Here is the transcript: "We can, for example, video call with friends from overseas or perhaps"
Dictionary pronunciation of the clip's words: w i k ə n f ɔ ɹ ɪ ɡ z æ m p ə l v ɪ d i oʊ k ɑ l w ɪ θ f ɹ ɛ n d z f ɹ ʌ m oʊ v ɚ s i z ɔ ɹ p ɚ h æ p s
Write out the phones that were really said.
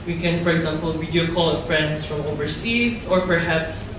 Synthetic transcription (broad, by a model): w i k ə n f ɔ ɹ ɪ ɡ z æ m p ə l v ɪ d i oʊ k ɑ l f ɹ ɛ n d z f ɹ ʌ m oʊ v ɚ s i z ɔ ɹ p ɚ h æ p s